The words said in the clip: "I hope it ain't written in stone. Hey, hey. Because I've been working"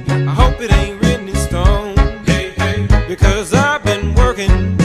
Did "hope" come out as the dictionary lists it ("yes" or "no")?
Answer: yes